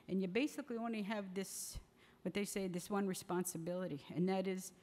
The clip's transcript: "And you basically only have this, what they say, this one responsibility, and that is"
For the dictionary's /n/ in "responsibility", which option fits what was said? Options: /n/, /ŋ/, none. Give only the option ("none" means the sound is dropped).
/n/